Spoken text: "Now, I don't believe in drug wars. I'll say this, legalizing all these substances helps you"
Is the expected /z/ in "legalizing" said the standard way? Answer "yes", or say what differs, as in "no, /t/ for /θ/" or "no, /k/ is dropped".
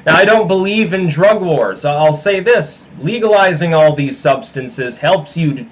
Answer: yes